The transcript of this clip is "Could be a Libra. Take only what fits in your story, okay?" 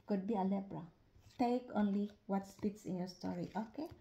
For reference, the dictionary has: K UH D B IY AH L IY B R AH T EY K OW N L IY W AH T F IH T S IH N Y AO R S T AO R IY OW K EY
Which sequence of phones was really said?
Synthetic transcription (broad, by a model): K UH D B IY AH L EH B R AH T EY K OW N L IY W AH T P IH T S IH N Y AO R S T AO R IY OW K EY